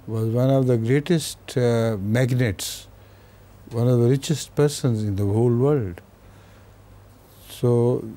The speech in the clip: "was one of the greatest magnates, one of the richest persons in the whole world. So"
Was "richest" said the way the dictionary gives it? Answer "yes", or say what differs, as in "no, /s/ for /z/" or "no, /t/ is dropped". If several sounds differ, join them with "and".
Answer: yes